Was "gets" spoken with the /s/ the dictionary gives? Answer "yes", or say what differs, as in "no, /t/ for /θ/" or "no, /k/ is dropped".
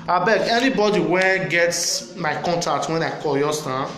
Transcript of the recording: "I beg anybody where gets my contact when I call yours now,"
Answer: yes